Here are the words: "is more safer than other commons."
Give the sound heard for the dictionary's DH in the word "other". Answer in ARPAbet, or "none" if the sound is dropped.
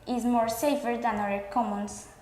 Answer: none